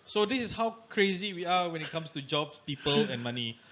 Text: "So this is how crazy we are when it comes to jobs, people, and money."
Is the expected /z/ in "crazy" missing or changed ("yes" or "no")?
no